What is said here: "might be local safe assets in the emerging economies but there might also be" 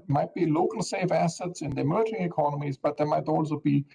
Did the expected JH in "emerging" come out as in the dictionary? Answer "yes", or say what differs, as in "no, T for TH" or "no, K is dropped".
no, JH is dropped